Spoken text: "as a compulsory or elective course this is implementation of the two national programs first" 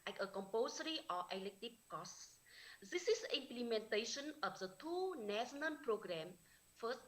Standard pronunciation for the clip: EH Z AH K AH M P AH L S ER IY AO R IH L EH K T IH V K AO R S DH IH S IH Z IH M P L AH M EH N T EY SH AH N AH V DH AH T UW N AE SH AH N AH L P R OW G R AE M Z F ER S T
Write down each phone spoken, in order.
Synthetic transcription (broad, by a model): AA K AH K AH M P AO S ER IY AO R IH L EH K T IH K K AO S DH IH S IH S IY M P L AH M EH N T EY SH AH N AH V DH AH T UW N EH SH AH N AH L P R OW G R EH M F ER S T